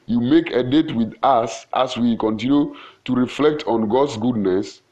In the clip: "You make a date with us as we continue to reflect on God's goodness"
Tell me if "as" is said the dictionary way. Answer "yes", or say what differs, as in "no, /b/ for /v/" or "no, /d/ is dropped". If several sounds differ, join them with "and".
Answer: no, /s/ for /z/